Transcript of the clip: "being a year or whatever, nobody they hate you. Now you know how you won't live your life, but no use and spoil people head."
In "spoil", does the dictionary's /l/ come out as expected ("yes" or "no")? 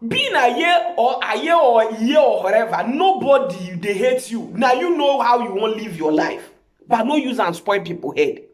no